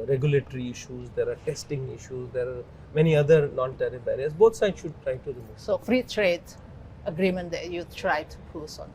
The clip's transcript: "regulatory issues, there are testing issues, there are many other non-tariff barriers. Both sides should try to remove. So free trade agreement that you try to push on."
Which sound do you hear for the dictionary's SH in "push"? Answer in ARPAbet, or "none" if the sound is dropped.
S